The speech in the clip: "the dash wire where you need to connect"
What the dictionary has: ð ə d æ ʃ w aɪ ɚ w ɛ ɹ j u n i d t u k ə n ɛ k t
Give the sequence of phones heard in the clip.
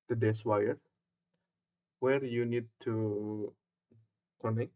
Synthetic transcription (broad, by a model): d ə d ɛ s w aɪ ɚ w ɛ ɹ j u n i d t u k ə n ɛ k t